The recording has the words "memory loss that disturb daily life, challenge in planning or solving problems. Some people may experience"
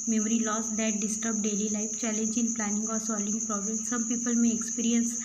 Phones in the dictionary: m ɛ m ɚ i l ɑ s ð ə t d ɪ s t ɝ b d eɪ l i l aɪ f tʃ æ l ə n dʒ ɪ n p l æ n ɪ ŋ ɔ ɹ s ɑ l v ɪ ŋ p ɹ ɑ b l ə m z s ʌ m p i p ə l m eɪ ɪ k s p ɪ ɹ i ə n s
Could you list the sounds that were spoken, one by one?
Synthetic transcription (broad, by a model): m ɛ m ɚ i l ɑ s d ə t d ɪ s t ɝ b d eɪ l i l aɪ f tʃ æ l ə n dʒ ɪ n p l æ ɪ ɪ ŋ ɔ ɹ s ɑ l ɪ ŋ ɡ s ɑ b ə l s ʌ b p i p ə l m eɪ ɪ k s p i ɹ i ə n s